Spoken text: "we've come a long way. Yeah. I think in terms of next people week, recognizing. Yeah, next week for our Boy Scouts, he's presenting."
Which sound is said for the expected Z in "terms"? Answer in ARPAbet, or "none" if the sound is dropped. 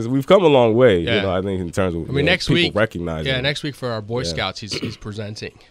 Z